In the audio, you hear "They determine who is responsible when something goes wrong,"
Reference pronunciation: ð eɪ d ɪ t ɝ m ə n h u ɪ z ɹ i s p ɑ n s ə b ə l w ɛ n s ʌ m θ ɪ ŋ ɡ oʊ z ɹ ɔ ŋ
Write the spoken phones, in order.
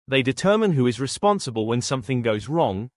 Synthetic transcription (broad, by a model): ð eɪ d ɪ t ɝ m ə n h u ɪ z ɹ i s p ɑ n s ə b ə l w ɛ n s ʌ m θ ɪ ŋ ɡ oʊ z ɹ ɔ ŋ